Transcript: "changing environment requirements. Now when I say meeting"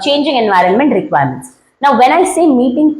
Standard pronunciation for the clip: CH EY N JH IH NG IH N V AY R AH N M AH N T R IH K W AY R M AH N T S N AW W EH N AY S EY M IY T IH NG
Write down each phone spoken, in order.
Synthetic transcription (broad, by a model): CH EY N JH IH NG IH N V AY R AH N M AH N T R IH K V AY R M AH N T S N AW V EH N AY S EY M IY T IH NG